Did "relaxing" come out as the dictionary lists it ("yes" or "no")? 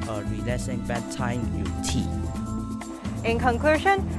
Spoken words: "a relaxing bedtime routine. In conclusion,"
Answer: no